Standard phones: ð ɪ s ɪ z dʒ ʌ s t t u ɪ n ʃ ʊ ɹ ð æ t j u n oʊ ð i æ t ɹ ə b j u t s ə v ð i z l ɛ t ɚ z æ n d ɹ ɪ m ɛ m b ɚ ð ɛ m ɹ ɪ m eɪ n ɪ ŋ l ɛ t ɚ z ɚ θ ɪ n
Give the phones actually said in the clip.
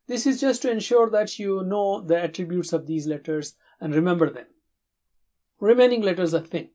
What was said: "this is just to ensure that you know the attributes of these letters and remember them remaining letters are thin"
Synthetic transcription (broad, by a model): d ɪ s ɪ z dʒ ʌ s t t u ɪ n ʃ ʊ ɹ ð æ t j u n oʊ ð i æ t ɹ ə b j u t s ə v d i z l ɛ t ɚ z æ n d ɹ ɪ m ɛ m b ɚ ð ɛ m ɹ ɪ m eɪ n ɪ ŋ l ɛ t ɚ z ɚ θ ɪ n